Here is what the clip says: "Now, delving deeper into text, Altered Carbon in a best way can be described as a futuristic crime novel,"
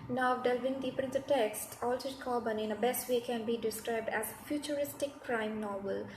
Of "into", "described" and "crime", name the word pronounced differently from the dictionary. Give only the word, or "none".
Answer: into